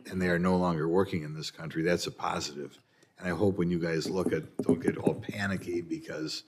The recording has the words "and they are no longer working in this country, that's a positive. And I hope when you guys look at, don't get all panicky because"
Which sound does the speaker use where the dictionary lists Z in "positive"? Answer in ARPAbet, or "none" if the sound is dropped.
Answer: Z